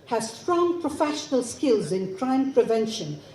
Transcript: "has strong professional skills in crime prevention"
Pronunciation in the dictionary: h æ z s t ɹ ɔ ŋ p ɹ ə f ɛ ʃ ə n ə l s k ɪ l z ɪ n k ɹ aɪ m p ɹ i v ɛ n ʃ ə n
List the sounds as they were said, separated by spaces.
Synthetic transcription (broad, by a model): h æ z s t ɹ ɔ ŋ p ɹ ə f ɛ ʃ ə n ə l s k ɪ l z ɪ n k ɹ aɪ m p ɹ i v ɛ n ʃ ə n